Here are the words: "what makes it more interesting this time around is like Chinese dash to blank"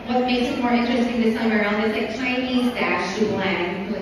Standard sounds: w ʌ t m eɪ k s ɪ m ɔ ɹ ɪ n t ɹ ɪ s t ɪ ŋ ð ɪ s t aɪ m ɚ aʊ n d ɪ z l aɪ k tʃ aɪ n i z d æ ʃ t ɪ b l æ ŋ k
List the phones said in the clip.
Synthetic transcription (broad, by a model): w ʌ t m eɪ k s ɪ m ɔ ɹ ɪ n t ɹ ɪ s t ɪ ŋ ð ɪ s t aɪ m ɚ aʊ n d ɪ z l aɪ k tʃ aɪ n i z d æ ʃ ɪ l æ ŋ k